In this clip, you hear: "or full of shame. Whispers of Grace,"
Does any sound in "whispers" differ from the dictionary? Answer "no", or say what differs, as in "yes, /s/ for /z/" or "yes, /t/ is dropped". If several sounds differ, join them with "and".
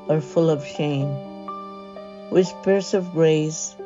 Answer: yes, /s/ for /z/